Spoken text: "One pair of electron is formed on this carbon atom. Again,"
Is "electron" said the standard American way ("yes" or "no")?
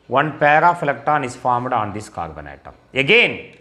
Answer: no